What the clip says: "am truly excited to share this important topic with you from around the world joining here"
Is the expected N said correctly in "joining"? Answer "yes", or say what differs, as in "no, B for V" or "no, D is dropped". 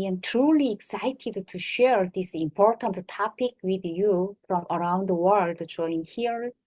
no, N is dropped